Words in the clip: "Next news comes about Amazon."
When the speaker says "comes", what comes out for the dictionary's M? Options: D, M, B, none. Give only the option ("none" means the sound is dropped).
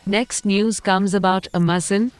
M